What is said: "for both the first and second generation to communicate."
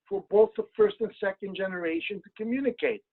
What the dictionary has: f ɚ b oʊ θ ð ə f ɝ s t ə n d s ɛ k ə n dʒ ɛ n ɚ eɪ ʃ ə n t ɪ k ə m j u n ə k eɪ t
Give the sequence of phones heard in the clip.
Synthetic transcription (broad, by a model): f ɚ b oʊ θ ð ə f ɝ s t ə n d s ɛ k ə n dʒ ɛ n ɚ eɪ ʃ ə n t ɪ k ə m j u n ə k eɪ t